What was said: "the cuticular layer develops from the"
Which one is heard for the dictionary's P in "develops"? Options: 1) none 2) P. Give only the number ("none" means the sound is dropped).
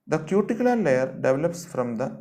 2